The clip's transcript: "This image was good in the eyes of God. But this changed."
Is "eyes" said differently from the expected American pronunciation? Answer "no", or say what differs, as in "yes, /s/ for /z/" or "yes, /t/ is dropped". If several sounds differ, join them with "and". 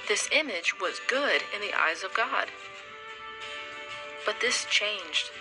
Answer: no